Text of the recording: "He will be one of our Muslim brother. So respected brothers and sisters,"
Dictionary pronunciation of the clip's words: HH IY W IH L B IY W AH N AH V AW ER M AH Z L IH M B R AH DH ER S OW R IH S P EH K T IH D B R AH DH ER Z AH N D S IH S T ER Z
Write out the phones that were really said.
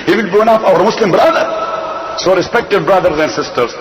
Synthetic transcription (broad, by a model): HH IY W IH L B IY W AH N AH F AW ER M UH S L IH M B R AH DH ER S OW R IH S P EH K T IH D B R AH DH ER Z AH N D S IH S T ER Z